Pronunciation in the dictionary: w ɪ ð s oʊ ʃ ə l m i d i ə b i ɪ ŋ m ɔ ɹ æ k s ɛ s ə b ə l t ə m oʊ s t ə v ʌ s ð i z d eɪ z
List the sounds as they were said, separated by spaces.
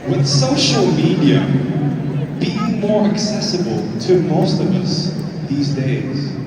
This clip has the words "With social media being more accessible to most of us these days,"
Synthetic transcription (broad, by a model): w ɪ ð s oʊ ʃ ə l m i d i ə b i m ɔ ɹ æ k s ɛ s ə b ə l t ə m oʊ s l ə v ʌ s ð i z d eɪ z